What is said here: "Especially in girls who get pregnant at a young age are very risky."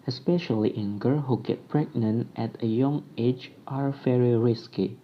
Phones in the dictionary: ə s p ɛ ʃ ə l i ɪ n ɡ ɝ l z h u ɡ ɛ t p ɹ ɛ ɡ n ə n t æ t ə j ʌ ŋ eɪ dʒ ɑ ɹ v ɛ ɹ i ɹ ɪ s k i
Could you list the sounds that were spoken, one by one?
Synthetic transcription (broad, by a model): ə s p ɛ ʃ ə l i ɪ n ɡ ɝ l h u ɡ ɛ t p ɹ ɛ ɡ n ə n t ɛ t ə j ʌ ŋ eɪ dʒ ɑ ɹ f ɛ ɹ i ɹ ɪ s k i